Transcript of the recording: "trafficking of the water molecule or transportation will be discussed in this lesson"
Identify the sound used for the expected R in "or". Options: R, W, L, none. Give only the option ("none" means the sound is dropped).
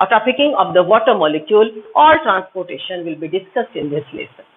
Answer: L